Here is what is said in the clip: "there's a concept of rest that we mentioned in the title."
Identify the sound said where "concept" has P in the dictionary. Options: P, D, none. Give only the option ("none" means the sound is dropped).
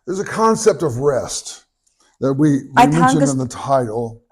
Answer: P